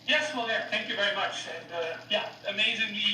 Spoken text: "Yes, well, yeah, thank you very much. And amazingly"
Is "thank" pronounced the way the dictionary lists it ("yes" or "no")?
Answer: yes